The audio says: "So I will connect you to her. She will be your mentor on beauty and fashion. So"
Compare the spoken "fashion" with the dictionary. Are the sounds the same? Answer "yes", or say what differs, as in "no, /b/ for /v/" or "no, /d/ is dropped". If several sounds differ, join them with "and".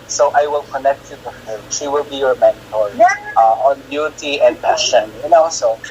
no, /p/ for /f/